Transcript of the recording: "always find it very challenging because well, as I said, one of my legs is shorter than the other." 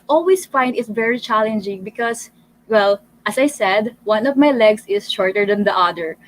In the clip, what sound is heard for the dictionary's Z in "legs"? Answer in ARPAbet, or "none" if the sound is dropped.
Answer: S